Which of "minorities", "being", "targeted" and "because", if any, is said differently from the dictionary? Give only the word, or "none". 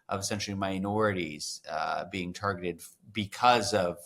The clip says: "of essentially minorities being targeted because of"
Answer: none